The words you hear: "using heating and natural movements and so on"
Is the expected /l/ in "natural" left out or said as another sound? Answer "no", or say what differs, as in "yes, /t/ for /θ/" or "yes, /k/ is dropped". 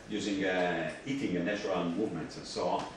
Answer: yes, /n/ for /l/